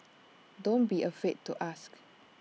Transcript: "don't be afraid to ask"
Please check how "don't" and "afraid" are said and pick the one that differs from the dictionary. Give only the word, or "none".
afraid